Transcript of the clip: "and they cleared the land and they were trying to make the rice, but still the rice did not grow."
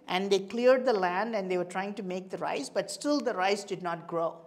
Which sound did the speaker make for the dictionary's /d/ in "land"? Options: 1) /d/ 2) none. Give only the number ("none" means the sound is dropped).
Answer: 1